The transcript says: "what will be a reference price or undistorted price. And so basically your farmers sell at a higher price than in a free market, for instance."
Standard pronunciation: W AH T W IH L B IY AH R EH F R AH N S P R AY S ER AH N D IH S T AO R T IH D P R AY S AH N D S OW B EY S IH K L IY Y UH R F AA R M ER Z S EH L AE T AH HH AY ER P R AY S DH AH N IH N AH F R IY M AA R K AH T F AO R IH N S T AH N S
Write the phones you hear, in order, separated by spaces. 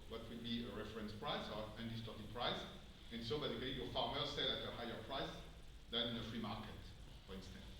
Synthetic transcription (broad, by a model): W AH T W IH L B IY AH R EH F R AH N S P R AY S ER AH N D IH S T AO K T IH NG P R AY S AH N S OW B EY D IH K IY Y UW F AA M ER S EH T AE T AH HH AY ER P R AY S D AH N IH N AH F R IY M AA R K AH T F AO R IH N S T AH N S